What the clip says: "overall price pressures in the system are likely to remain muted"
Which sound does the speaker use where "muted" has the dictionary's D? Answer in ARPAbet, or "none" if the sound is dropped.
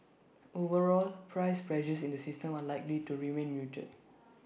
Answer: none